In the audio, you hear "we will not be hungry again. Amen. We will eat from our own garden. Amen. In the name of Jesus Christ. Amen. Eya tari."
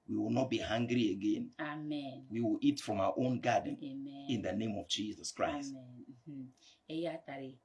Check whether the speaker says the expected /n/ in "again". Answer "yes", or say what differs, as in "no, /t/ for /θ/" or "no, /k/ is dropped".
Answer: yes